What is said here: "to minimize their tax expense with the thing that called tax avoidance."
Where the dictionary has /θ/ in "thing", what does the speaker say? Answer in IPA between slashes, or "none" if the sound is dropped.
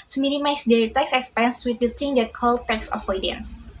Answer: /t/